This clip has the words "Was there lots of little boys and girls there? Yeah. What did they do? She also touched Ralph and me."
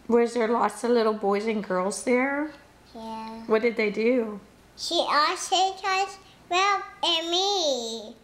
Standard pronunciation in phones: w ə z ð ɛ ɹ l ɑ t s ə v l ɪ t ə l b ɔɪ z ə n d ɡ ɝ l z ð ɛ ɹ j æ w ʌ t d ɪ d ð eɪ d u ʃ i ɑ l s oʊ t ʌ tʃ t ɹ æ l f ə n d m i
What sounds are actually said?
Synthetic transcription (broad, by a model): w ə z ð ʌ ɹ l ɑ t s ə v l ɪ t l b ɔɪ z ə n ɡ ɝ l z ð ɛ ɹ j æ w ʌ t d ɪ d ð eɪ d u ʃ i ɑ s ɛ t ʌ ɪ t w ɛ l ə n m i